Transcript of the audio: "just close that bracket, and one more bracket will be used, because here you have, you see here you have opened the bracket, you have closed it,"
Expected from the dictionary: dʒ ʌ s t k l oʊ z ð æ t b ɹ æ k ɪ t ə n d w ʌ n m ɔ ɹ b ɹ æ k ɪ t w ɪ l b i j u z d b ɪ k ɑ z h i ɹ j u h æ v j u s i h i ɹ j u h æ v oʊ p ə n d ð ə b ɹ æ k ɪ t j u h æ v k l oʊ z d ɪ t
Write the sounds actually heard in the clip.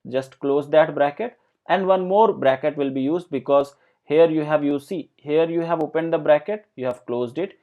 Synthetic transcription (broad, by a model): dʒ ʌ s t k l oʊ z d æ t b ɹ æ k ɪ t ə n d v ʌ n m ɔ ɹ b ɹ æ k ɪ t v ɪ l b i j u z d b ɪ k ɑ z h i ɹ j u h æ v j u s i h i ɹ j u h æ v oʊ p ə n d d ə b ɹ æ k ɪ t j u h æ v k l oʊ z d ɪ t